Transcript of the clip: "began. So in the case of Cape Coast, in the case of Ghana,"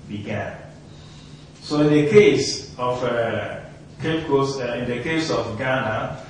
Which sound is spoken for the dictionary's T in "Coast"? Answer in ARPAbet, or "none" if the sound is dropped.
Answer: none